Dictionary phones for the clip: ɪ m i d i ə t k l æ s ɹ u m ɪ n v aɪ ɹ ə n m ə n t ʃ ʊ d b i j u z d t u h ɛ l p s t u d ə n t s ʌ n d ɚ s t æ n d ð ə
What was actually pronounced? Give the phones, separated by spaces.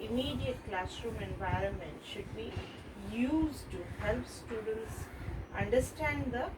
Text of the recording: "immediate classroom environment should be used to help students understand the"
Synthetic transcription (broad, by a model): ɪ m i d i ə t k l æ s ɹ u m ɪ n v aɪ ɹ ə n m ə n t ʃ ʊ d b i j u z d t u h ɛ l p s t u d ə n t s ʌ n d ɚ s t æ n d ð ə